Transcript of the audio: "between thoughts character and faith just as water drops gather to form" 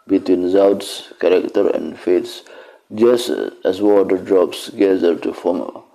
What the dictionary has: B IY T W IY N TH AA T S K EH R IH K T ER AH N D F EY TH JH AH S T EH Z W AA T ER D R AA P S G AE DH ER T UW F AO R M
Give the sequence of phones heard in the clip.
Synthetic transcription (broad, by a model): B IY T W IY N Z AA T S K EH R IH K T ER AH N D F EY S JH AH S T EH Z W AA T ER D R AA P S G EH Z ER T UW F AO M